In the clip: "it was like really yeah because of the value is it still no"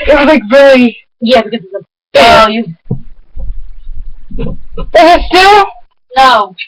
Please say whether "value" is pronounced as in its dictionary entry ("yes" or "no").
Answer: no